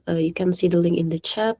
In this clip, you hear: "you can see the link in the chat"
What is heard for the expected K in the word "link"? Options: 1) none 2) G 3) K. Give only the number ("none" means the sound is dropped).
1